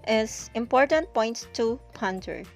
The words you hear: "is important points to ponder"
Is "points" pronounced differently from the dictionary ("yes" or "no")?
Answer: yes